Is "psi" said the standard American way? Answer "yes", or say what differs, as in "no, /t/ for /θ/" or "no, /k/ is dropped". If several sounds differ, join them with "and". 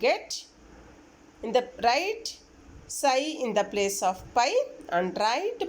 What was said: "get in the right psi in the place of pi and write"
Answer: yes